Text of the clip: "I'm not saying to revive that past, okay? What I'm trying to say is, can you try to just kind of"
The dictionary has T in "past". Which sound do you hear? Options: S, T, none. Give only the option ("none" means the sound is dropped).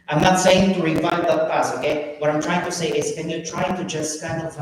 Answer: none